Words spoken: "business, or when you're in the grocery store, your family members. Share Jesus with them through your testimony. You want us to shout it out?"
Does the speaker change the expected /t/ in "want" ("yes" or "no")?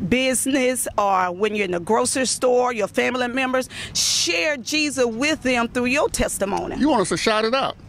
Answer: yes